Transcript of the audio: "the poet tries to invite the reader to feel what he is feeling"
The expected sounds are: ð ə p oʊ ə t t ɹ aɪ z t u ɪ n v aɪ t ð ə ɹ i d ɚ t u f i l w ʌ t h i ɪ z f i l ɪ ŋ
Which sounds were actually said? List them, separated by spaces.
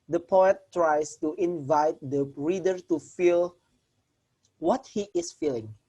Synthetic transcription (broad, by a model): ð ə p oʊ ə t t ɹ aɪ s t u ɪ n v aɪ t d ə ɹ i d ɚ t u f i l w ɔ t h i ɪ s f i l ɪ ŋ